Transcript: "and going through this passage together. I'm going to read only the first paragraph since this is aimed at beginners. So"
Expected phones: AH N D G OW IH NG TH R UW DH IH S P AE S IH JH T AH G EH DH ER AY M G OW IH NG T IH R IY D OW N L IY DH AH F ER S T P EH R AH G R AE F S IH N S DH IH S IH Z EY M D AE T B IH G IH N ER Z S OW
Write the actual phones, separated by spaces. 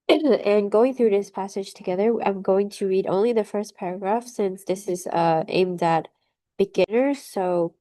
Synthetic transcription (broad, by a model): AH N G OW IH NG TH R UW DH IH S P AE S IH JH T AH G EH DH ER AY M G OW IH NG T IH R IY D OW N L IY DH AH F ER S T P EH R AH G R AE F S IH N S DH IH S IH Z EY M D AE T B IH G IH N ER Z S OW